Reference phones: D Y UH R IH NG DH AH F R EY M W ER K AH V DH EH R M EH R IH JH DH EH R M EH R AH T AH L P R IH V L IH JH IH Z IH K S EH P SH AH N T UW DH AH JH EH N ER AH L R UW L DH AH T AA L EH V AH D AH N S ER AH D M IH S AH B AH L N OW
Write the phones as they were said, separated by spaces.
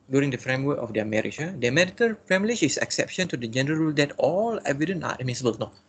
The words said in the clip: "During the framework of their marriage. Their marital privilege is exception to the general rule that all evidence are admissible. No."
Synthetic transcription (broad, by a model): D Y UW R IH NG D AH F R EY M W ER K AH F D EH M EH R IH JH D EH M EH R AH T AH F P R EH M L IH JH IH S IH K S EH P SH AH N T UW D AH JH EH N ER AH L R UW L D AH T AA L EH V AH D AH N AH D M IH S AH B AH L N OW